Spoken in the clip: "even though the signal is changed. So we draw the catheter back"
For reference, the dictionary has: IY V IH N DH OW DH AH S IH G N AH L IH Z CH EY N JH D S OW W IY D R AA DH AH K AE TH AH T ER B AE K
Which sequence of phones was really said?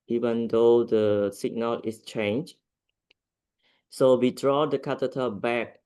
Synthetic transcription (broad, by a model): IY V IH N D OW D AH S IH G N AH L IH S CH EY N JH S OW W IY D R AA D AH K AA T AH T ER B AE K